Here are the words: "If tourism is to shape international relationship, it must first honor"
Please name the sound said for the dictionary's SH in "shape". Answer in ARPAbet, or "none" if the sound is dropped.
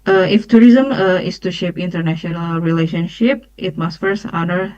SH